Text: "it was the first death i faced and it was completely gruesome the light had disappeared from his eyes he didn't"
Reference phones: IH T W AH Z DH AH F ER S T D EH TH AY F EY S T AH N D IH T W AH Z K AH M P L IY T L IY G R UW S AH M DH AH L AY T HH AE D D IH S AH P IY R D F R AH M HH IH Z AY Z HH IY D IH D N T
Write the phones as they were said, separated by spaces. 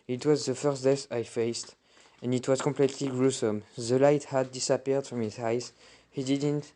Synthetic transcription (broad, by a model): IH T W AH Z DH AH F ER S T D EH S AY F EY S T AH N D IH T W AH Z K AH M P L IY T L IY G R UW S AH M DH AH L AY T HH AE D D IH S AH P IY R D F R AH M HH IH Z AY Z HH IY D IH D N T